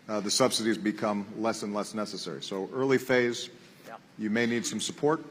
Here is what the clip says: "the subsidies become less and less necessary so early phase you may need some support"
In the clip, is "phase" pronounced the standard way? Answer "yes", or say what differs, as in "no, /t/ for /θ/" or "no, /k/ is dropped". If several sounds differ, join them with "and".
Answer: yes